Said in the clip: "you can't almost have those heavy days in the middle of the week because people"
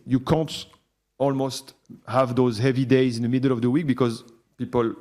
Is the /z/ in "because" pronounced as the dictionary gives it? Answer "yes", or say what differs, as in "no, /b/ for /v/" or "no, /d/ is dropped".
yes